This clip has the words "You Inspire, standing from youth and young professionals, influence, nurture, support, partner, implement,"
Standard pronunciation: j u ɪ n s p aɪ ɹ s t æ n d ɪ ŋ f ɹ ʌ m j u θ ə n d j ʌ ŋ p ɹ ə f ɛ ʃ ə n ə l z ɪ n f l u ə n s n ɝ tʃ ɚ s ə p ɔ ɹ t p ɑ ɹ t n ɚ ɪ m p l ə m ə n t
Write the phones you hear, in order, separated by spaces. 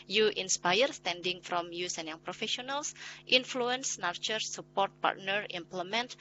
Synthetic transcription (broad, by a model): j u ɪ n s p aɪ ɹ s t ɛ n d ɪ ŋ f ɹ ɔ m j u s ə n j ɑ ŋ p ɹ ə f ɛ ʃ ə n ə l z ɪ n f l u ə n s n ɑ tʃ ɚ s ə p ɔ ɹ t p ɑ ɹ t n ɚ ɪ m p l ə m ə n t